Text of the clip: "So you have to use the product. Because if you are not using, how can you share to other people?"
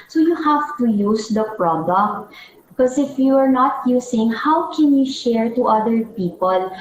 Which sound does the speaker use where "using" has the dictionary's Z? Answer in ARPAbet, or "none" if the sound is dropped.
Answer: S